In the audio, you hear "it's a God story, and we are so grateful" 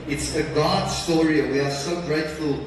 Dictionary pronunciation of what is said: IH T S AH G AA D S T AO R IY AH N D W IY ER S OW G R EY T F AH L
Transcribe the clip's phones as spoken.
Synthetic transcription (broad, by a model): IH T S AH G AA D S T AO R IY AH W IY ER S OW G R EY T F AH L